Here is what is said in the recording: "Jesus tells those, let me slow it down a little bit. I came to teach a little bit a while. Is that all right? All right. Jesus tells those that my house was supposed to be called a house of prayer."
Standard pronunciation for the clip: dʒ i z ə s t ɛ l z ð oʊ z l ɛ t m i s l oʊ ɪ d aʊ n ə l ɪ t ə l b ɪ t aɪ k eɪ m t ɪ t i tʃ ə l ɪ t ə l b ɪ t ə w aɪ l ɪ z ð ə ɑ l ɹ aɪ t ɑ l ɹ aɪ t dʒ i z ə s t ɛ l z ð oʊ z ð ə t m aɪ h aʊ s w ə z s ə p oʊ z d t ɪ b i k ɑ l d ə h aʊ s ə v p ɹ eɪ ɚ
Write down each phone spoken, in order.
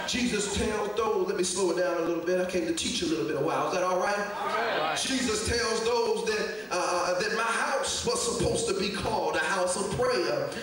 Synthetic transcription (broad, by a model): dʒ i z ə s t ɛ l z ð oʊ z l ɛ t m i s l oʊ ɪ d aʊ n ə l ɪ t l b ɪ t aɪ k eɪ m t ɪ t i tʃ ə l ɪ t l b ɪ t ə w aɪ l ɪ z ð ə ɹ t ɑ l ɹ aɪ t dʒ i z ə s t ɛ l z ð oʊ z ð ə t m aɪ h aʊ s w ə z s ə p oʊ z t ɪ b i k ɑ l d ə h aʊ s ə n p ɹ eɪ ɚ